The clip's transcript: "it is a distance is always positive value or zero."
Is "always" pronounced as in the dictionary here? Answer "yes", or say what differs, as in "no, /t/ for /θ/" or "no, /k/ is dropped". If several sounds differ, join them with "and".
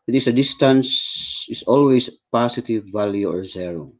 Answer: no, /s/ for /z/